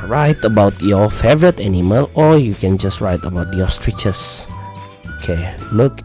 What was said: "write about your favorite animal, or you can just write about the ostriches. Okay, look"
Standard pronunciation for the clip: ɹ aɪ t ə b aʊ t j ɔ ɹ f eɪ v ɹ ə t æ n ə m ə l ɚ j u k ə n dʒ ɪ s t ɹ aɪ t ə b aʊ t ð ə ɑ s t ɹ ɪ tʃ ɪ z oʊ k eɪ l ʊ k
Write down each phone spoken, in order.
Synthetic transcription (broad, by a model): ɹ aɪ t ə b aʊ t j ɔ f eɪ v ɹ ə t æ n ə m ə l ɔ j u k ə n dʒ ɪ s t ɹ aɪ t ə b aʊ t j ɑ s t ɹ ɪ tʃ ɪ s oʊ k eɪ l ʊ k